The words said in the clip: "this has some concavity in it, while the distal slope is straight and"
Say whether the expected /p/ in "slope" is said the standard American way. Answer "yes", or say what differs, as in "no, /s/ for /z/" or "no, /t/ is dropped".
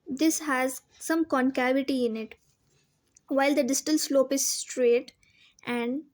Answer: yes